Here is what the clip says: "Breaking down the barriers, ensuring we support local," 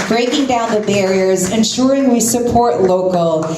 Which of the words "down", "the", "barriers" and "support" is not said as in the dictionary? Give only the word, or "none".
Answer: none